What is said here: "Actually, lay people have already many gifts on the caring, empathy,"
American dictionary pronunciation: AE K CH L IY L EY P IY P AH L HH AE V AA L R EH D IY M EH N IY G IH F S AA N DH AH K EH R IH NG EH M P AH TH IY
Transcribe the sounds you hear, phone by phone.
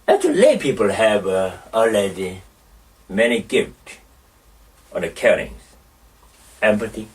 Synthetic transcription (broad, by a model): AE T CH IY L EY P IY P AH L HH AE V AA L EH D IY M EH N IY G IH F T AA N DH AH K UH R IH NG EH M P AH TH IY